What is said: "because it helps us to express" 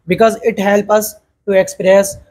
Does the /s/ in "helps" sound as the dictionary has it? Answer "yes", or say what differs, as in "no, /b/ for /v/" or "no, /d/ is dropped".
no, /s/ is dropped